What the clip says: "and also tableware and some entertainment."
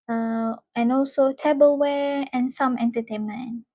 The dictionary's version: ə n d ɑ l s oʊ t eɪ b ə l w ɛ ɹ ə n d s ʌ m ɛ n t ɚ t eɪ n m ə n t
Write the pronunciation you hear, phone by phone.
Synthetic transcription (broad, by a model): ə n ɑ l s oʊ t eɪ b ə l w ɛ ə n s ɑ m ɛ n t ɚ t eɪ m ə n